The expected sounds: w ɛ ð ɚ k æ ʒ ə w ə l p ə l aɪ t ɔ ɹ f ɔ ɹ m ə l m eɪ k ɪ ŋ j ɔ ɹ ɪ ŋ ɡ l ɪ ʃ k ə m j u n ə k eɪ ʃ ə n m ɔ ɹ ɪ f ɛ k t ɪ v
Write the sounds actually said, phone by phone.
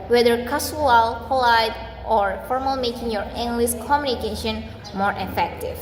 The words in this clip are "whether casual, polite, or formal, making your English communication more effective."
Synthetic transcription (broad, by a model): w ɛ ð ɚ k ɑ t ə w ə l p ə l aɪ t ɔ ɹ f ɔ ɹ m ə l m eɪ k ɪ ŋ j ɔ ɹ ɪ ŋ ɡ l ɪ s k ə m j u n ə k eɪ ʃ ə n m ɔ ɹ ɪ f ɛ k t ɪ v